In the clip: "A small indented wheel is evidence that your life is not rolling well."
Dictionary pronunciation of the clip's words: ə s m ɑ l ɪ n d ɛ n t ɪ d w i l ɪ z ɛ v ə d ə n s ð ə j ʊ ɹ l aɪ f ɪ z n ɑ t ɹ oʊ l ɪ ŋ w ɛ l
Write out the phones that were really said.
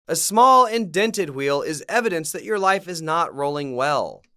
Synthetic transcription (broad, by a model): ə s m ɑ l ɪ n d ɛ n t ɪ d w i l ɪ z ɛ v ə d ə n s ð ə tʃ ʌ ɹ l aɪ f ɪ z n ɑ t ɹ oʊ l ɪ ŋ w ɛ l